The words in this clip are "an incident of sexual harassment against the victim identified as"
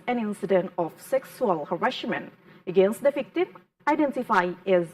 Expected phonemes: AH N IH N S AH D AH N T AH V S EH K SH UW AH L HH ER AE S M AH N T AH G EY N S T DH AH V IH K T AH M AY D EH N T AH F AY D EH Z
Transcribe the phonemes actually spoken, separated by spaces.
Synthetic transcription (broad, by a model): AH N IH N S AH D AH N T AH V S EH K S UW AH L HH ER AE SH M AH N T AH G EY N S T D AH F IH K T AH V AY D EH N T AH F AY EH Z